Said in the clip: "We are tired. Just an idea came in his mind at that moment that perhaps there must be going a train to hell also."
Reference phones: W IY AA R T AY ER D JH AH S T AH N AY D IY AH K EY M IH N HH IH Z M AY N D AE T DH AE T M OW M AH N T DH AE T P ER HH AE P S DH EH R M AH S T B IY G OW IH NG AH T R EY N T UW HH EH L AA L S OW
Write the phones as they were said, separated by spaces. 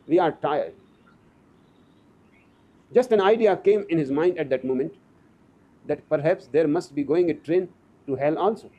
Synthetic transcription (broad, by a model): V IY AA R T AY ER D JH AH S T AH N AY D IY AH K EY M IH N HH IH Z M AY N D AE T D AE T M OW M AH N T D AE T P ER HH AE P S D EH R M AH S T B IY G OW IH NG AH T R EY N T UW HH EH L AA L S OW